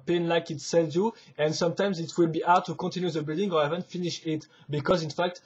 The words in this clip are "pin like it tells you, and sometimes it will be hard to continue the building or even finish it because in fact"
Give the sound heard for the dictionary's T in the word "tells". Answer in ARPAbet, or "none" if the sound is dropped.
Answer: S